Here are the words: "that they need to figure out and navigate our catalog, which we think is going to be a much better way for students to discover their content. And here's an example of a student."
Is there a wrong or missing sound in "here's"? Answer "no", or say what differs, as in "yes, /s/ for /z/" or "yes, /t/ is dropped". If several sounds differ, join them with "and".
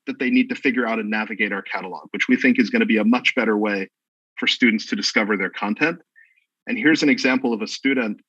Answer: no